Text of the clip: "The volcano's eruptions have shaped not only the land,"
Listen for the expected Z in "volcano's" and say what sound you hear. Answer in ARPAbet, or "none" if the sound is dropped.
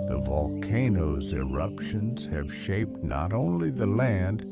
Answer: Z